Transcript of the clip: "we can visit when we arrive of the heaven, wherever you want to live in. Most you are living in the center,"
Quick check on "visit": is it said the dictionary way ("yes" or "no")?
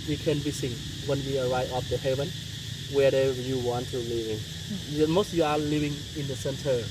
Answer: no